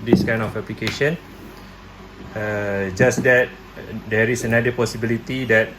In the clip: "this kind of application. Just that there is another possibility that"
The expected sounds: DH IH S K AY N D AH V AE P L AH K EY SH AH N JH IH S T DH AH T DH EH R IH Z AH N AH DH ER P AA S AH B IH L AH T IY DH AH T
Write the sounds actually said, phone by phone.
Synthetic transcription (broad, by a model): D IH S K AY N AH F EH P L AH K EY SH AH N JH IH S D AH T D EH R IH S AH N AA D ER P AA S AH B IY L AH T IY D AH T